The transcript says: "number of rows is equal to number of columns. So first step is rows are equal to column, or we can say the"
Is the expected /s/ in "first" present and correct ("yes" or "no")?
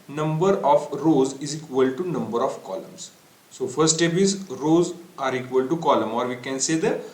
no